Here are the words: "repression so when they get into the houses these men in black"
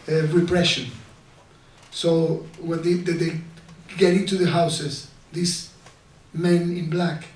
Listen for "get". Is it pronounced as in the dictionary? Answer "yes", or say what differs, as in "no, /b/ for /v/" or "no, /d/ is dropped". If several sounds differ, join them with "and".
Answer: yes